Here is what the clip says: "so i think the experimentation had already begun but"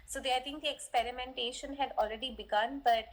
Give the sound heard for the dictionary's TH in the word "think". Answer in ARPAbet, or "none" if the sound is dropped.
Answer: T